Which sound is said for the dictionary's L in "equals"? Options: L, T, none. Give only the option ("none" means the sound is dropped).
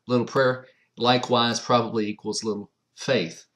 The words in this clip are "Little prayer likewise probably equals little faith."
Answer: L